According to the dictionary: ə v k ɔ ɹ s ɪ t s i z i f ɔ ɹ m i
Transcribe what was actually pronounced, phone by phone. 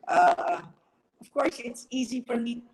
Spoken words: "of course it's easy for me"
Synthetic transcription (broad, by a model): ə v k ɔ ɹ s ɪ t s i z i f ɔ ɹ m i